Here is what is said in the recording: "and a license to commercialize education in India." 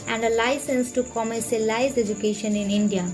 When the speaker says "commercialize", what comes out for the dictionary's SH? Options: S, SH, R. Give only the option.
S